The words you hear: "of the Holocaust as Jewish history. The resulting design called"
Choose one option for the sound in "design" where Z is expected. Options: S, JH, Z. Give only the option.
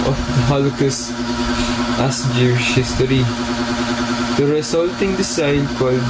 S